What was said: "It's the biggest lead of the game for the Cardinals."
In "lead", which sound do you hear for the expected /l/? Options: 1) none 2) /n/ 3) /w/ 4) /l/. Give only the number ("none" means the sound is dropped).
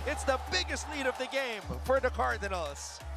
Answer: 2